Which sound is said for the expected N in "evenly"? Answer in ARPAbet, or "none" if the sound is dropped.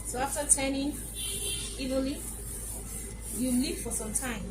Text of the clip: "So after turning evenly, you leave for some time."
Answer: none